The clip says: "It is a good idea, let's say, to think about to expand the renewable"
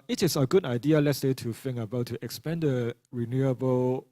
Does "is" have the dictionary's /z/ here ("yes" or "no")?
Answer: no